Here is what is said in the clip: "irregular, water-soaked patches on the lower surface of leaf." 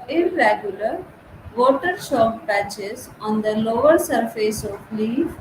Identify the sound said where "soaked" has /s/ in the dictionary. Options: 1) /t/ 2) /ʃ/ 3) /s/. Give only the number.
2